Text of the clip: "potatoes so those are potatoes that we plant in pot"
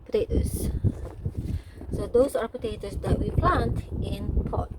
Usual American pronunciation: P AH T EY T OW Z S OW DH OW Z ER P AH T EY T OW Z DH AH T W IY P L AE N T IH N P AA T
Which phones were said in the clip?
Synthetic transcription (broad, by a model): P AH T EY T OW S S OW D OW S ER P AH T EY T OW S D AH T W IY P L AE N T IH N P AA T